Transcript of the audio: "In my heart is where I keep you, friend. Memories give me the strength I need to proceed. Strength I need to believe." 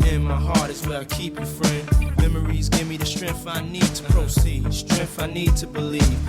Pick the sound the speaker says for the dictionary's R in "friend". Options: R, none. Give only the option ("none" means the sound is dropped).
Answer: R